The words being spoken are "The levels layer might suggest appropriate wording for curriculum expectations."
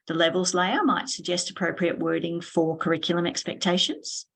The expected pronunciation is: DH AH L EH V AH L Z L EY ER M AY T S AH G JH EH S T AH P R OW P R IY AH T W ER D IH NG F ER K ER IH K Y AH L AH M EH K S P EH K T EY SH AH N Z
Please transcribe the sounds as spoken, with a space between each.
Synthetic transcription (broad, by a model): DH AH L EH V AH L Z L EY ER M AY T S AH G JH EH S T AH P R OW P R IY AH T W ER D IH NG F ER K ER IH K Y L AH M EH K S P EH K T EY SH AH N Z